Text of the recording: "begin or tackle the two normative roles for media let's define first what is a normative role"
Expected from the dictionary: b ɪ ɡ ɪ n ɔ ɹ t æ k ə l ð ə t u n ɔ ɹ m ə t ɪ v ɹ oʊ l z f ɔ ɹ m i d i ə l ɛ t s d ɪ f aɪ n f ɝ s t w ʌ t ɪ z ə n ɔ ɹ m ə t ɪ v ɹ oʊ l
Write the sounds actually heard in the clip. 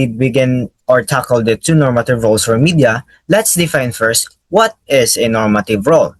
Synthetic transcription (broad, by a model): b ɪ ɡ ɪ n ɔ ɹ t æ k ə l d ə t u n ɔ ɹ m ə t ɪ v ɹ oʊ l s f ɔ ɹ m i d i ə l ɛ t s d ɪ f aɪ n f ɝ s t w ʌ t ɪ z ə n ɔ ɹ m ə t ɪ v ɹ oʊ l